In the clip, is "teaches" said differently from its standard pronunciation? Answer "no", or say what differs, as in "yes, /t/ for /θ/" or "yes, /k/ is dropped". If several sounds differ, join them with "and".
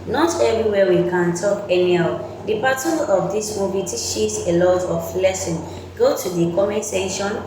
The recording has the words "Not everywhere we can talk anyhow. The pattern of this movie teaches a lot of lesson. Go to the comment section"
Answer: yes, /ʃ/ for /tʃ/